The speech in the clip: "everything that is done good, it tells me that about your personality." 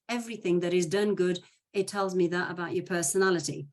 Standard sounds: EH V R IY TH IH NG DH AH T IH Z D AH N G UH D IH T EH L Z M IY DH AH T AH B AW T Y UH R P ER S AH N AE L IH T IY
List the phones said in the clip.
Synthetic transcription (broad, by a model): EH V R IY TH IH NG DH AH T IH Z D AH N G UH D IH T EH L Z M IY DH AH T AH B AW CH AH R P ER S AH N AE L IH T IY